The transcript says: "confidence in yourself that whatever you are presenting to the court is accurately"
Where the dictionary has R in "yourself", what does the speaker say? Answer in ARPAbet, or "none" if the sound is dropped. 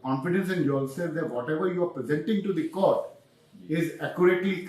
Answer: L